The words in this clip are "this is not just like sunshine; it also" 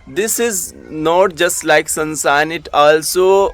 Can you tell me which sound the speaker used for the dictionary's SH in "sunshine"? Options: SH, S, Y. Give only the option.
S